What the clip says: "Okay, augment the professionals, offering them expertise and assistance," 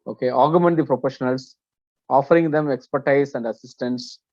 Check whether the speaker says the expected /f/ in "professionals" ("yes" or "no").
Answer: no